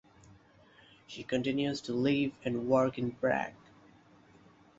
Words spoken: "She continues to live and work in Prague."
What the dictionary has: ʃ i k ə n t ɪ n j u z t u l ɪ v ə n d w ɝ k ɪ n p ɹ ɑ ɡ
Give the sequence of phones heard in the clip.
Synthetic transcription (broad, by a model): ʃ i k ə n t ɪ n j u z t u l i v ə n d w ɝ k ɪ n b ɹ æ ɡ